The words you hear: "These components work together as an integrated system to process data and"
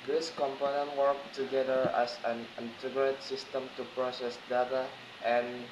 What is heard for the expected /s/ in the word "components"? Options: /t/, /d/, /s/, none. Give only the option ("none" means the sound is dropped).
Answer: none